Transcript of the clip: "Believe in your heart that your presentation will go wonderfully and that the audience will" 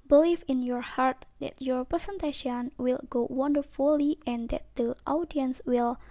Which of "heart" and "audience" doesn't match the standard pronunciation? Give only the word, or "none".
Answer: none